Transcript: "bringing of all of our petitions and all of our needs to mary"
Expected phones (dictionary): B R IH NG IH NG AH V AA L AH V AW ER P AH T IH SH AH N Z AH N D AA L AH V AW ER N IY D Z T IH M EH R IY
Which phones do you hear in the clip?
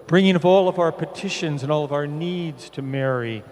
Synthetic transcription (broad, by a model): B R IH NG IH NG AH P AA L AH V AW ER P AH T IH SH AH N Z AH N AA L AH V AW ER N IY D Z T IH M EH R IY